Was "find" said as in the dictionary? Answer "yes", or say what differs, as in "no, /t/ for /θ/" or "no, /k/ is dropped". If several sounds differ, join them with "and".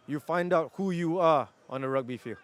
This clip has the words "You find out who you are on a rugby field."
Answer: yes